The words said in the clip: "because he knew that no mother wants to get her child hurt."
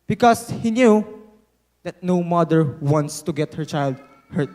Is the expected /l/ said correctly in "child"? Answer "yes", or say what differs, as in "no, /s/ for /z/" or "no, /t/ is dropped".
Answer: yes